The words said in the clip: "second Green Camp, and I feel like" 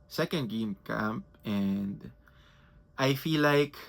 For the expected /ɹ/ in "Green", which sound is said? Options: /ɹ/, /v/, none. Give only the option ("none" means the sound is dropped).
none